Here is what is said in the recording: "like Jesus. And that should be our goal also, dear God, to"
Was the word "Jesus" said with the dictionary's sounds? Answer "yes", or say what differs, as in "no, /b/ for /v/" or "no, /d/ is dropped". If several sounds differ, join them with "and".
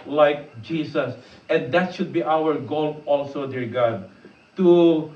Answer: no, /s/ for /z/